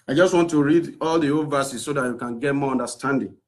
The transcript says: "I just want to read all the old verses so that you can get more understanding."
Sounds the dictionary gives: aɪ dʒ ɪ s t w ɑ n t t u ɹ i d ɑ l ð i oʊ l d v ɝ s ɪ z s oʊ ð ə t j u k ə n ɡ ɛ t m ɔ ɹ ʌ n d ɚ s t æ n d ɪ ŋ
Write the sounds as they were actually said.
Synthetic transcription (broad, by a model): aɪ dʒ ɪ s t w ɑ n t t u ɹ i d ɑ l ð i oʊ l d v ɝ s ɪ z s oʊ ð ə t j u k ə n ɡ ɛ t m ɔ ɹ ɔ n d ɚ s t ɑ n d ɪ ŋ